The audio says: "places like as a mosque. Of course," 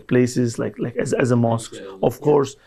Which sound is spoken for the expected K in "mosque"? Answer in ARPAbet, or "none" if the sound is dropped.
K